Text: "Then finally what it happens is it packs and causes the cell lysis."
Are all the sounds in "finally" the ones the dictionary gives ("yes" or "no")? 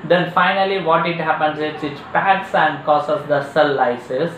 yes